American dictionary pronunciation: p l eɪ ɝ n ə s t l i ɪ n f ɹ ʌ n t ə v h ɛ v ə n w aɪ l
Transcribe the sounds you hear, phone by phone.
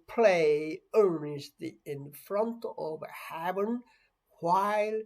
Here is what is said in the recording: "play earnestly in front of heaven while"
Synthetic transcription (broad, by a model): p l eɪ ɝ n ə s t l i ɪ n f ɹ ʌ n t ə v h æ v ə n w aɪ l